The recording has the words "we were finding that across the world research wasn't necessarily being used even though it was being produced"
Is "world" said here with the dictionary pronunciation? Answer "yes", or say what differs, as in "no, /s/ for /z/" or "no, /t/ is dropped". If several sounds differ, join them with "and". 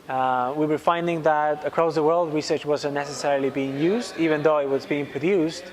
yes